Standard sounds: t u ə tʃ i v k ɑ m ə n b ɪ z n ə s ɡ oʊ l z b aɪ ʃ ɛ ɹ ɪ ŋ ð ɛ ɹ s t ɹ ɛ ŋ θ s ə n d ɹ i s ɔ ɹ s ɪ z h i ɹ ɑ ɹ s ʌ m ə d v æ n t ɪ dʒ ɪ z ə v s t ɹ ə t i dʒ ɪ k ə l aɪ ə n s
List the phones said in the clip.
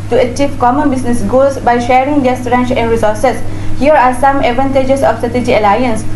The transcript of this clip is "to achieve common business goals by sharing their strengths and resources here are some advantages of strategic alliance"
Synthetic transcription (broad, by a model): t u ə tʃ i v k ɑ m ə n b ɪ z n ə s ɡ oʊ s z b aɪ ʃ ɛ ɹ ɪ ŋ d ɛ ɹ s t ɹ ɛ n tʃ ə n d ɹ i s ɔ ɹ s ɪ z h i ɹ ɑ ɹ s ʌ m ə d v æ n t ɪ dʒ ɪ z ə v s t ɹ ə t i dʒ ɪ ə l aɪ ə n s